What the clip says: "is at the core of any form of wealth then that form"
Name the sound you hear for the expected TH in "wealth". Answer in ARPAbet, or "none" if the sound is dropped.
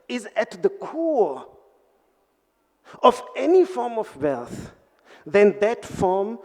TH